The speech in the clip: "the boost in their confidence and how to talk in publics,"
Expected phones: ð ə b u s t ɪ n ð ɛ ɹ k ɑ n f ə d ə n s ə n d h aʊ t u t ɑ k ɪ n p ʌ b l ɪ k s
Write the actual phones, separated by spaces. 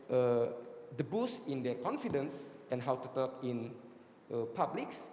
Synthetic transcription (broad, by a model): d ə b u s ɪ n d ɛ k ɑ n f ə d ə n s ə n h aʊ t u t ɑ k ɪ n p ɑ b l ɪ k s